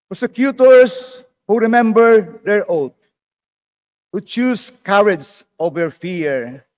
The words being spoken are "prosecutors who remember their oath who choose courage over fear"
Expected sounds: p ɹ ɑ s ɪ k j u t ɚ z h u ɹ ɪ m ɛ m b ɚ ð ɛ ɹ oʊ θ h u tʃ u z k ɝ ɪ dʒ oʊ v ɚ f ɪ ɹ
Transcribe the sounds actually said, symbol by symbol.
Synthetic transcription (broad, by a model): p ɹ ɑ s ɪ k j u t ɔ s h u ɹ ɪ m ɛ m b ɚ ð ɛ ɹ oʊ t h u tʃ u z k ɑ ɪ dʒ oʊ v ɚ f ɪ ɹ